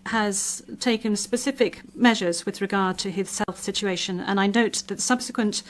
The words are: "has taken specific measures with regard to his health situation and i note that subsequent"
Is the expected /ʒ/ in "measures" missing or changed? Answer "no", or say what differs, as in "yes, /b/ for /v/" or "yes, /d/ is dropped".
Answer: no